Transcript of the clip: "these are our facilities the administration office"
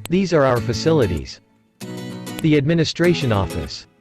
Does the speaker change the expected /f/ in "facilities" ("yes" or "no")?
no